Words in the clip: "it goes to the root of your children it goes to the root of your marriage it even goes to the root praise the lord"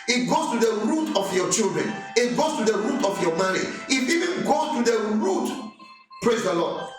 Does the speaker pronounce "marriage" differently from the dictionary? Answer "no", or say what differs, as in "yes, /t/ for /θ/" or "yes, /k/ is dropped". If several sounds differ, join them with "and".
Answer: yes, /dʒ/ is dropped